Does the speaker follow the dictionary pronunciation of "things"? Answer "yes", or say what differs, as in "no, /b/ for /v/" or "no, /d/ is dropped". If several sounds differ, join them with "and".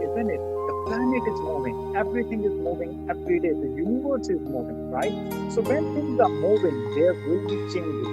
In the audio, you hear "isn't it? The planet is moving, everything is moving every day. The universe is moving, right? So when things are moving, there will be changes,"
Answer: no, /s/ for /θ/